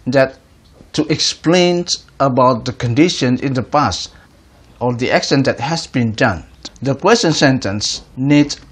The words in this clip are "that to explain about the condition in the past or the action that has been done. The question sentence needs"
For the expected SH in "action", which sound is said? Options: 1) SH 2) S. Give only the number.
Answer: 2